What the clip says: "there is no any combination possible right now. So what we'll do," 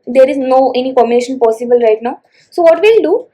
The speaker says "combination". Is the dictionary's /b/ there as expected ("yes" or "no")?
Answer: no